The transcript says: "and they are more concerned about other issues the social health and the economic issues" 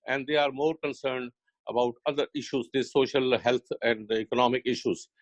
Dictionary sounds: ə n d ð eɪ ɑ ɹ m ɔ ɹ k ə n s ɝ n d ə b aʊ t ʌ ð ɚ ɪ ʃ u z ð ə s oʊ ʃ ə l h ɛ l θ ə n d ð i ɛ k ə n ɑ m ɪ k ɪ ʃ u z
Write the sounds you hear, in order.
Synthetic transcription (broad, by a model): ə n d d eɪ ɑ ɹ m ɔ ɹ k ə n s ɝ n d ə b aʊ t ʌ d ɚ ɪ ʃ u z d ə s oʊ ʃ ə l h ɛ l t ə n d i k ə n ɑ m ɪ k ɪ ʃ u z